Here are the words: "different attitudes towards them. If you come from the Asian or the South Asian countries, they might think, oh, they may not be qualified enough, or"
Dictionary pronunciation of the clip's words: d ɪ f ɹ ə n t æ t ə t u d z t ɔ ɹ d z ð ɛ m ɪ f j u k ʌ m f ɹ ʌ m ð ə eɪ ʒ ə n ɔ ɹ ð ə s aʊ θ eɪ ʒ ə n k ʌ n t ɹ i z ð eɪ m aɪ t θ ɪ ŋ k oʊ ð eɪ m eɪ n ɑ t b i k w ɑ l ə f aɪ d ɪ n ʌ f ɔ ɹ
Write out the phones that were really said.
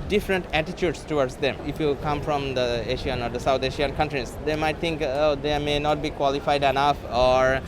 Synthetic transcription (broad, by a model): d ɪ f ɹ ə n t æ t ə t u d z t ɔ ɹ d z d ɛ m ɪ f j u k ʌ m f ɹ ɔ m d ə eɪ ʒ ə n ɔ ɹ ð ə s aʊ t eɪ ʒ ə n k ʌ n t ɹ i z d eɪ m aɪ t t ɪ ŋ k oʊ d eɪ m eɪ n ɑ t b i k w ɑ l ə f aɪ d ɪ n ʌ f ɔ ɹ